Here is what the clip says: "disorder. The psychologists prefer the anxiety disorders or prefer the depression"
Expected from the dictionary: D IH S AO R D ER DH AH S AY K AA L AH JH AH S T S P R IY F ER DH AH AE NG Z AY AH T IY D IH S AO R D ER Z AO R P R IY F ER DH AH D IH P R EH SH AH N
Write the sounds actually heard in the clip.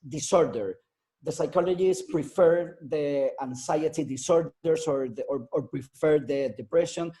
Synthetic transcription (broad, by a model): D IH S AO R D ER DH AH S AY K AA L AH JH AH S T P R IY F ER DH AH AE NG S AY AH T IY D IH S AO R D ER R AO R P R IY F ER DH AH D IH P R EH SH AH N